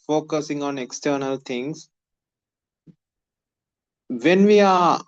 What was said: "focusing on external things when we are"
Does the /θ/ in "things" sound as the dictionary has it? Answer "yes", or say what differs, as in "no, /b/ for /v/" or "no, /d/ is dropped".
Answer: no, /t/ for /θ/